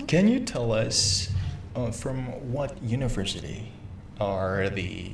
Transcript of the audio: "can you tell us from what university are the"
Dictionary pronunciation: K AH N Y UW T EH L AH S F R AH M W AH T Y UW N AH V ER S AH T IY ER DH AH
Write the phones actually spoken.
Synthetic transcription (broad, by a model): K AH N Y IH T EH L AH S F R AH M W AH T Y UW N AH V ER S AH T IY ER DH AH